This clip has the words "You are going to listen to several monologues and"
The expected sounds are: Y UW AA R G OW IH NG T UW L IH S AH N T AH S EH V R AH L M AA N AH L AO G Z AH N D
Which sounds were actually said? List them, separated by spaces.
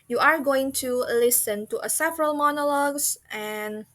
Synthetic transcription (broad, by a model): Y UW AA R G OW IH NG T UW L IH S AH N T AH S EH V R AH L M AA N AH L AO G S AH N